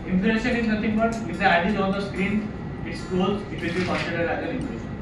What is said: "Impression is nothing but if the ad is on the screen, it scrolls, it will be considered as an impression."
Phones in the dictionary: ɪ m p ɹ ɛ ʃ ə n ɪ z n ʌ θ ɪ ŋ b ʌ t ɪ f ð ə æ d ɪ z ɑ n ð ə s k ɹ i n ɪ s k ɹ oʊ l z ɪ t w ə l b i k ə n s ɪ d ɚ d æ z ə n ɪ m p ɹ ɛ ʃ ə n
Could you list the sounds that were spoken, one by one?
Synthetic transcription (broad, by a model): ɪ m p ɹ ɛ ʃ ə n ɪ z n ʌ t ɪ ŋ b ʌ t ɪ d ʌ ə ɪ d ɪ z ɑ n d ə s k ɹ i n ɪ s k oʊ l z ɪ t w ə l b i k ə n s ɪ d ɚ d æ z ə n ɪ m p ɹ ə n